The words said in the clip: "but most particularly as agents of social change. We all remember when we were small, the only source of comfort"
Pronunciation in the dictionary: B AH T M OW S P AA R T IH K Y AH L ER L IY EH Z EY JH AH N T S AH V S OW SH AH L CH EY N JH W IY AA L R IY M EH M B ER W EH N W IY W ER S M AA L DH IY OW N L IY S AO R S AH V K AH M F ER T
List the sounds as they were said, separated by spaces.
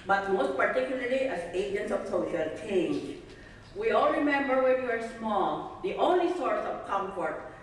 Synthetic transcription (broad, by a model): B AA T M OW S P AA R T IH K Y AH L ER L IY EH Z EY JH AH N T S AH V S OW SH AH L CH EY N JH W IY AA L R IY M EH M B ER W EH N W IY W ER S M AA L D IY OW N L IY S AO R S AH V K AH M F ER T